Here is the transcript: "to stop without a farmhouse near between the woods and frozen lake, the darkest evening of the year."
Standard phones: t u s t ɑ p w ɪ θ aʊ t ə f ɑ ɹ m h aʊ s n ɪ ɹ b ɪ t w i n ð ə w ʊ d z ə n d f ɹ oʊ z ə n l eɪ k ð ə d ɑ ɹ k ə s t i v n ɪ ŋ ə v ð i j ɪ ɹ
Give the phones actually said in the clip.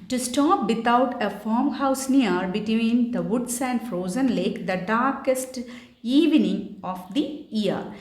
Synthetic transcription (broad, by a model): t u s t ɑ p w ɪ t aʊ t ə f ɑ ɹ m h aʊ s n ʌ ɹ b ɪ t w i n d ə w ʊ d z ə n d f ɹ oʊ z ə n l eɪ k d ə d ɑ ɹ k ə s t i v n ɪ ŋ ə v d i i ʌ ɹ